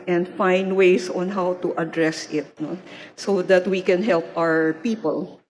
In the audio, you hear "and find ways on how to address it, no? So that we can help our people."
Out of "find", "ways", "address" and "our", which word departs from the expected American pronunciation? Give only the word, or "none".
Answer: ways